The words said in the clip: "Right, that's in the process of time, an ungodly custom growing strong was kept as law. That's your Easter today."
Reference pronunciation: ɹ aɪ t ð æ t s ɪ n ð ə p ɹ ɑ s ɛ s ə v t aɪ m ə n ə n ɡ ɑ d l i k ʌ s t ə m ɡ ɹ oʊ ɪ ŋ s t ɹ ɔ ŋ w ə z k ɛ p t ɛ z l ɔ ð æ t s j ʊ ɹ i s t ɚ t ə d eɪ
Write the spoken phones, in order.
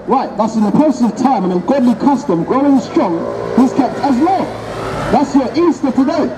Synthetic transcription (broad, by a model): ɹ aɪ t ð æ t s ɪ n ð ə p ɑ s s ə v t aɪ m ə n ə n ɡ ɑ d l i k ʌ s t ə m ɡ ɹ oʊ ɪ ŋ s t ɹ ɔ ŋ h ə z k ɛ p t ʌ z l ɔ ð æ t s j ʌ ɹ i s t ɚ t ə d eɪ